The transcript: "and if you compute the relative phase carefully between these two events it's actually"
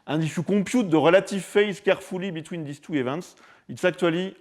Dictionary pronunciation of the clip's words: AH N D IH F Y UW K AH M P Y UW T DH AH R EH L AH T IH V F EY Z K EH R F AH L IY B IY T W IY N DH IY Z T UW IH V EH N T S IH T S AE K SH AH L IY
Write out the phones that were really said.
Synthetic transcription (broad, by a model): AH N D IH F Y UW K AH P Y UW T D AH R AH L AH T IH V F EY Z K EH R F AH L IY B IY T W IY N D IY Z T UW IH V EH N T S IH T S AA K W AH L IY